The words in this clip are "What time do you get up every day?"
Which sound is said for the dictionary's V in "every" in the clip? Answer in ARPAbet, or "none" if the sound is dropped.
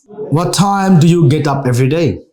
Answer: V